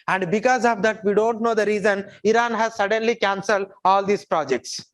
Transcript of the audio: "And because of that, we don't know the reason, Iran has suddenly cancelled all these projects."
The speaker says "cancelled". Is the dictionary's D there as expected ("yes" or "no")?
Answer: yes